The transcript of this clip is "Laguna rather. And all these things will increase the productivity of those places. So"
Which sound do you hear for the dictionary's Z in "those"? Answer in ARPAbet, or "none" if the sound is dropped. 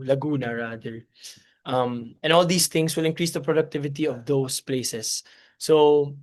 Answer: S